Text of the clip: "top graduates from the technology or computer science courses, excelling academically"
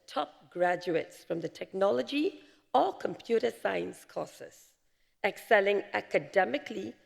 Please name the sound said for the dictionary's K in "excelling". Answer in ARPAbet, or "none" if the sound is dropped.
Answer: K